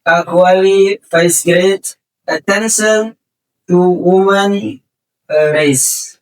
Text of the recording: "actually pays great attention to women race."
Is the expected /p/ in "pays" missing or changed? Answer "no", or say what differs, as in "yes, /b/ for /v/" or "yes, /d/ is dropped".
yes, /f/ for /p/